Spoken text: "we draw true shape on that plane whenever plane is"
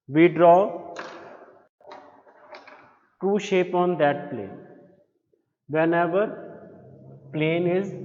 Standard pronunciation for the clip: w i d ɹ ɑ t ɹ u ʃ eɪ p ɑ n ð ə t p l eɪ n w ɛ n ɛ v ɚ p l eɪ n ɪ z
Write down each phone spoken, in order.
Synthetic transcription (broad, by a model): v i d ɹ ɑ t u ʃ eɪ p ɑ n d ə t p l eɪ n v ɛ n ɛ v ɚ p l eɪ n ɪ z